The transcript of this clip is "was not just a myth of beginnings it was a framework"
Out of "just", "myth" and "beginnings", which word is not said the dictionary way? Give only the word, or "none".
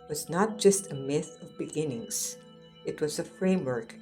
none